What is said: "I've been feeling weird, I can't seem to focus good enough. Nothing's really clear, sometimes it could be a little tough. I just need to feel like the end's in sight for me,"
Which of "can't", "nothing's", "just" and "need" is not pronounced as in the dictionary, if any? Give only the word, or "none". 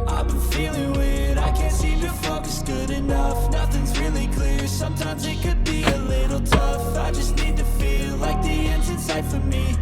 none